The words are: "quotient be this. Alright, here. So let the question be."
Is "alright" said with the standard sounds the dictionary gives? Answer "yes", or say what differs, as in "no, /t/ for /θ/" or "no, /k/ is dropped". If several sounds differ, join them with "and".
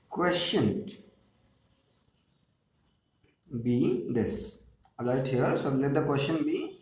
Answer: no, /ɹ/ is dropped